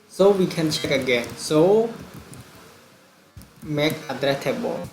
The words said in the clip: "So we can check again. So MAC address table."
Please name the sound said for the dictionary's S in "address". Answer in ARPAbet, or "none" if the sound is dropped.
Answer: none